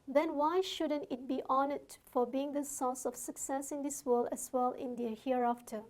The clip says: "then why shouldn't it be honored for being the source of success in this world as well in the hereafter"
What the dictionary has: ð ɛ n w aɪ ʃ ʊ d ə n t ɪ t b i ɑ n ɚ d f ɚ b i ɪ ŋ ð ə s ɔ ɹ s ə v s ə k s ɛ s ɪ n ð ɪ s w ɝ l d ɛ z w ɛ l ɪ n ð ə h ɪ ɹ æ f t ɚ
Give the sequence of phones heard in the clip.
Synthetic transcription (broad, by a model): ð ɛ n w aɪ ʃ ʊ d ə n t ɪ t b i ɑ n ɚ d f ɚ b i ɪ ŋ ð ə s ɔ s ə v s ə k s ɛ s ɪ n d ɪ s w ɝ l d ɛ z w ɛ l ɪ n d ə h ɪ ɹ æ f t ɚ